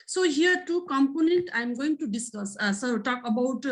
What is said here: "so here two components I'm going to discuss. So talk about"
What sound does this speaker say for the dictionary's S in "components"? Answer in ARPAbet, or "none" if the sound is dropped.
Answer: none